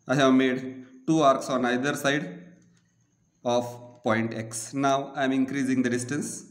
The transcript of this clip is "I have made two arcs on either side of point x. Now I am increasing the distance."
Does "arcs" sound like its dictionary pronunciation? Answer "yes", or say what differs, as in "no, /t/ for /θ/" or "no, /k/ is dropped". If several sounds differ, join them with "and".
yes